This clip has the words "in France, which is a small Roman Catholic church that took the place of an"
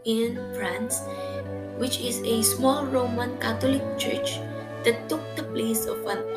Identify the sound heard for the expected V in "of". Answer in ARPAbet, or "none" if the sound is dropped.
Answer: W